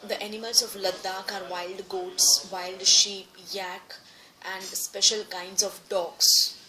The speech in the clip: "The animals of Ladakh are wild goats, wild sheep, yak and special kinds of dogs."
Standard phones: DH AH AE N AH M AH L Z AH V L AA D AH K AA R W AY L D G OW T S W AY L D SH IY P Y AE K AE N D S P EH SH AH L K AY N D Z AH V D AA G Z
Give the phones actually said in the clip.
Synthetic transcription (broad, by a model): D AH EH N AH M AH L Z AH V L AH D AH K AA R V AY L D G OW T S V AY L D SH IY P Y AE K AE N D S P EH SH AH L K AY N D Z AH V D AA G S